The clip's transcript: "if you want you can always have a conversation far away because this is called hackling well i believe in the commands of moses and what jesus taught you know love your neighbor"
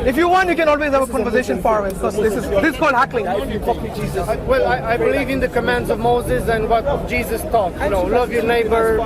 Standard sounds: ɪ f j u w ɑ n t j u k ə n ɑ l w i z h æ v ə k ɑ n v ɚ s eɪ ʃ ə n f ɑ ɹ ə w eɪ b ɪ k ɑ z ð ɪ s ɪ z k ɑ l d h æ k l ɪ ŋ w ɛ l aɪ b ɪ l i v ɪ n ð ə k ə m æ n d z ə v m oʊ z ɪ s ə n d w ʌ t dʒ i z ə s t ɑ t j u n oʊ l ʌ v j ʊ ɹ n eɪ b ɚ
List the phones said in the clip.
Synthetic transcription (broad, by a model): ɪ f j u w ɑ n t j u k ə n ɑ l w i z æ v ə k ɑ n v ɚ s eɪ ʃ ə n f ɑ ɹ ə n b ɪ k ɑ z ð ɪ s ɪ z k ɑ l d h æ k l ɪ ŋ w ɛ l aɪ b ɪ l i v ɪ n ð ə k ə m æ n d z ə v m oʊ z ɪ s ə n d w ʌ t dʒ i z ə s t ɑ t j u n oʊ l ʌ v j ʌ ɹ n eɪ b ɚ